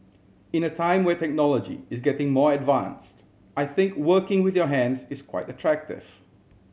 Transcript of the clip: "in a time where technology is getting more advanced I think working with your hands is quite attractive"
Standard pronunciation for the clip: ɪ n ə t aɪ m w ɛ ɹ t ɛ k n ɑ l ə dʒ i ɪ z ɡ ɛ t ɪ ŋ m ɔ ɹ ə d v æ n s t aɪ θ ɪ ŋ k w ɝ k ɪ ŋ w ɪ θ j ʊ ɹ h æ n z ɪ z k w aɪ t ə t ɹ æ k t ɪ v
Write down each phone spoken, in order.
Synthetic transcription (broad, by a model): ɪ n ə t aɪ m w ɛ t ɛ k n ɑ l ə dʒ i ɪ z ɡ ɛ t ɪ ŋ m ɔ ɹ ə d v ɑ n s t aɪ θ ɪ ŋ k w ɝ k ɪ ŋ w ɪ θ j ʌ h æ n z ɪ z k w aɪ t ə t ɹ æ k t ɪ v